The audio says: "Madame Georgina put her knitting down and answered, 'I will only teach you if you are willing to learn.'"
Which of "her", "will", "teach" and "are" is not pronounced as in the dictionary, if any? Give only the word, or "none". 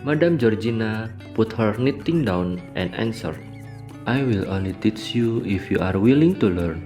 none